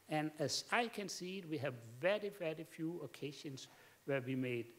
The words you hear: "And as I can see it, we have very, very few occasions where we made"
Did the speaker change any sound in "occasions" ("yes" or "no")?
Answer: yes